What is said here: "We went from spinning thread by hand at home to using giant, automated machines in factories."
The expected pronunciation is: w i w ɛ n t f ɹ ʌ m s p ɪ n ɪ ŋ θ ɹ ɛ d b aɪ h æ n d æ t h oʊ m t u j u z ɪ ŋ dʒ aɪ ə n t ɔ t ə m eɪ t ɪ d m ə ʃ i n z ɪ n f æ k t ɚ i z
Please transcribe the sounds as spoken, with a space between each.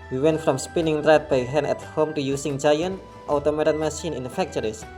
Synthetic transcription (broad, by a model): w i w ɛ n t f ɹ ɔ m s p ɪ n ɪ ŋ t ɹ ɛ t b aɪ h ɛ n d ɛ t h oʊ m t u j u s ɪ ŋ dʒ aɪ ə n t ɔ t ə m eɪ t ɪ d m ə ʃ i n ɪ n f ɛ k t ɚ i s